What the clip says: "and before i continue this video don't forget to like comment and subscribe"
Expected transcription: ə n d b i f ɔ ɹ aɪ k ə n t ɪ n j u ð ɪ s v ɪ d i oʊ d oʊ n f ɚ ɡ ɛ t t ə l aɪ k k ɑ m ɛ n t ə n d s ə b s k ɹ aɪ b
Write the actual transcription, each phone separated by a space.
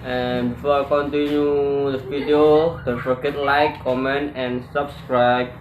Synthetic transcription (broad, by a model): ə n b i f ɔ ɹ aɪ k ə n t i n j u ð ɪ v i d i oʊ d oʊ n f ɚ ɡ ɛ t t l aɪ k k ɑ m ɛ n t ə n s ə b s k ɹ aɪ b